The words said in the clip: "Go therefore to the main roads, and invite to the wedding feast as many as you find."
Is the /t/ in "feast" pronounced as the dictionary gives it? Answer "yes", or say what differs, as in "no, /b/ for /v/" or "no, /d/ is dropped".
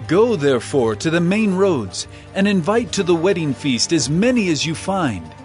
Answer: yes